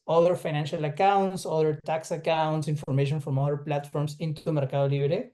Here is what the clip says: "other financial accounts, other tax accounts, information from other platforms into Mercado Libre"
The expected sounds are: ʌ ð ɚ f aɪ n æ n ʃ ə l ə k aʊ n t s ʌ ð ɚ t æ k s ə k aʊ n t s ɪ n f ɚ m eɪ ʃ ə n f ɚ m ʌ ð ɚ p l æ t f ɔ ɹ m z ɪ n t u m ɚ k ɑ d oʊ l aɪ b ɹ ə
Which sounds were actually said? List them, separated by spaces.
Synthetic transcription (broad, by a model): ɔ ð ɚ f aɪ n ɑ n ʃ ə l ə k aʊ n t s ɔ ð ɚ t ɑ k s ə k aʊ n t s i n f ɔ m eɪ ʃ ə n f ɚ m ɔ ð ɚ p l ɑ t f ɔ ɹ m s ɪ n t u m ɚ k ɑ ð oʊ l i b ɹ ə